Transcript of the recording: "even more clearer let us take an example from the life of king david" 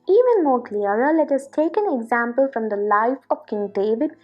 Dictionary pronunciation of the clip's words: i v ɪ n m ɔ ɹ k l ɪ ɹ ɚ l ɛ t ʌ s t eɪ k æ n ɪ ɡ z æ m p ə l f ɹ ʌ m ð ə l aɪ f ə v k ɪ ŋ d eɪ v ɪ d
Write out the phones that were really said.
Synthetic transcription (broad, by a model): i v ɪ n m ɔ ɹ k l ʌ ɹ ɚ l ɛ t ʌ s t eɪ k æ n ɪ ɡ z æ m p ə l f ɹ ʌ m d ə l aɪ f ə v k ɪ ŋ d eɪ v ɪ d